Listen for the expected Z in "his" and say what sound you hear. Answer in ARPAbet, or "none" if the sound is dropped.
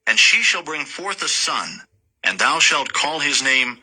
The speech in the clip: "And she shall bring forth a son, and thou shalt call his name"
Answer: Z